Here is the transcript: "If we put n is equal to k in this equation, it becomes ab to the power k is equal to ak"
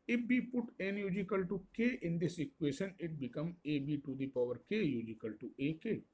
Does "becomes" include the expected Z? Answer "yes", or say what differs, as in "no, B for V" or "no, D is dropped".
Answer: no, Z is dropped